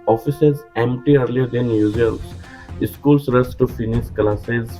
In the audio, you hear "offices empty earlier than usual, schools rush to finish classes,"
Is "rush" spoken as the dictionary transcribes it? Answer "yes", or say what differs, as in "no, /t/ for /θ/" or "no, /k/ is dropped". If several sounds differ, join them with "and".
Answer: no, /s/ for /ʃ/